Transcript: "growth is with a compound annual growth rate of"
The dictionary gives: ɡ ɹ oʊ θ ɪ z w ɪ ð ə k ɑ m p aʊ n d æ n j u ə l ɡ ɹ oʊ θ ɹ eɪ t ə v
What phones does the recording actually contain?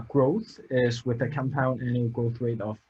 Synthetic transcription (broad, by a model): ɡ ɹ oʊ θ ɪ z w ɪ ð ə k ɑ m p aʊ n ɪ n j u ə ɡ ɹ oʊ θ w eɪ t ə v